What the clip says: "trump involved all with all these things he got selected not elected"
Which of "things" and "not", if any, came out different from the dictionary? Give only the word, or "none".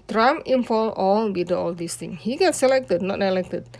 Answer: things